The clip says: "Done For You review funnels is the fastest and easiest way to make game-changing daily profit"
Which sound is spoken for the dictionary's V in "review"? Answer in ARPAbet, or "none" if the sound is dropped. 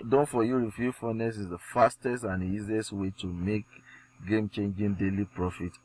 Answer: F